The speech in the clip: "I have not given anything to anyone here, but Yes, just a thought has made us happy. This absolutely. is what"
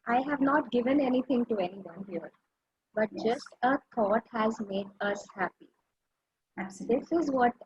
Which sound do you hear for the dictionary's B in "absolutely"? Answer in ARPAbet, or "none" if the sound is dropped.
none